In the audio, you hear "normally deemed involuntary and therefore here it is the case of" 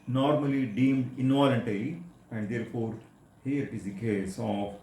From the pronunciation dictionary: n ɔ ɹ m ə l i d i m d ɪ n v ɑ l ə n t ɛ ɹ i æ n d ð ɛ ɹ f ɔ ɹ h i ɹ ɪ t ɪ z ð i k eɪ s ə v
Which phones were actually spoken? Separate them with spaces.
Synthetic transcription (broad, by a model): n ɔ ɹ m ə l i d i m d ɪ n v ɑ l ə n t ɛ l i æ n d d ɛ ɹ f ɔ ɹ h i ɹ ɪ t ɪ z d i k eɪ s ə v